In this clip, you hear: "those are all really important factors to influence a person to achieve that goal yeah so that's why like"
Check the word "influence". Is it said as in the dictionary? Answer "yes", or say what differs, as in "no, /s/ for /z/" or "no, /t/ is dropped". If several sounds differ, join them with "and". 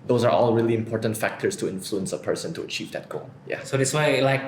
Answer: yes